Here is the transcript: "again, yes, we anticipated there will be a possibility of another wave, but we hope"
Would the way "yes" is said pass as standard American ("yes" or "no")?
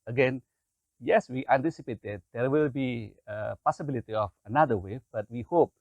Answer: yes